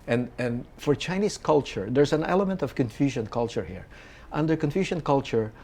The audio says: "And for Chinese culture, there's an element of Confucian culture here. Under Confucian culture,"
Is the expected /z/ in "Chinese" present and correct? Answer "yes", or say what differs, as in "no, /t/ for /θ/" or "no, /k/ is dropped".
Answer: no, /s/ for /z/